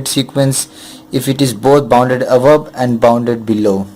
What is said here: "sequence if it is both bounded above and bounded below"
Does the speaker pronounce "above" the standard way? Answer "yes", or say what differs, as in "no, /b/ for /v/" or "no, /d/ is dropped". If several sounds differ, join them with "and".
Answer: no, /p/ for /v/